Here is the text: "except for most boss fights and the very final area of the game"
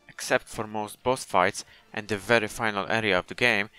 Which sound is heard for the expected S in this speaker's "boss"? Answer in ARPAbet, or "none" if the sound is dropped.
TH